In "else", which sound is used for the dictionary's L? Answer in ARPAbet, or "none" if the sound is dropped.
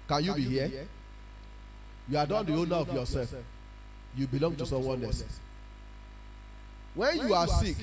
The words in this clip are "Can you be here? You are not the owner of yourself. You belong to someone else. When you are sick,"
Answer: none